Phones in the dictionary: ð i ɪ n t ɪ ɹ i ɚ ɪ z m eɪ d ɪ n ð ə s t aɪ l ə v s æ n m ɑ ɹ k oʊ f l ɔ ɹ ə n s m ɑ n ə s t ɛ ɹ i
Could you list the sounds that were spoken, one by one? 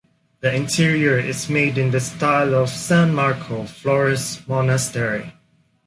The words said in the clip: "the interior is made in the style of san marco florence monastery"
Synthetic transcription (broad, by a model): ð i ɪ n t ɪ ɹ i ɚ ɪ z m eɪ d ɪ n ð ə s t aɪ l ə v s æ n m ɑ ɹ k oʊ f l ɔ ɹ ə s m ɑ n ə s t ɛ ɹ i